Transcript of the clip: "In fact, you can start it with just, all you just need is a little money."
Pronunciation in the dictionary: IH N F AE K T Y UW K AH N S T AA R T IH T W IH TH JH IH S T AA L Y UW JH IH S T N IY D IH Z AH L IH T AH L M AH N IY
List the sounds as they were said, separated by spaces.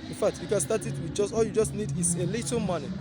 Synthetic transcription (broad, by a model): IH N F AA K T Y UW K AH N S T AA T IH T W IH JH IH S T AA L Y UW JH IH S T N IY D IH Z AH L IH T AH M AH N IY